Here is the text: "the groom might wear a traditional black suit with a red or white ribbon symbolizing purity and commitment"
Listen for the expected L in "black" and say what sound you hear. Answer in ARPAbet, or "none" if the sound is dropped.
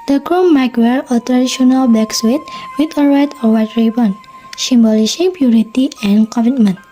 none